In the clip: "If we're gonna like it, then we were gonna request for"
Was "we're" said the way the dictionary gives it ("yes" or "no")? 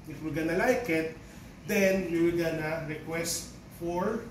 no